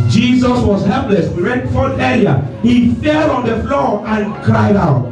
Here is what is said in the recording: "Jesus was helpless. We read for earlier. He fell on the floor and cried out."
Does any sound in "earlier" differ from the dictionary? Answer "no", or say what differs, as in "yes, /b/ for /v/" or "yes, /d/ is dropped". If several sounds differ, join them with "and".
yes, /l/ is dropped